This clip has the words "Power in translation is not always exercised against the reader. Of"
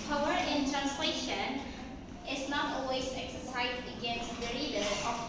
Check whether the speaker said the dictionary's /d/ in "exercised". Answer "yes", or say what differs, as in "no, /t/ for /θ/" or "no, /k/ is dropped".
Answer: no, /d/ is dropped